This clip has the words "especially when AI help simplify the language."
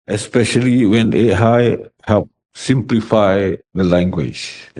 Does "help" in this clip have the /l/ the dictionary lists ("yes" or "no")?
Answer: no